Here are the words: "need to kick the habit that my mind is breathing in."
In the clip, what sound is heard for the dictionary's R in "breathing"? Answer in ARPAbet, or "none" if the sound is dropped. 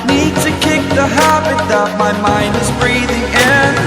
R